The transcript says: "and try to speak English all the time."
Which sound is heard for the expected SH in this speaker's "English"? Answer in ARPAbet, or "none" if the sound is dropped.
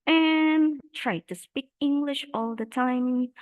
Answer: SH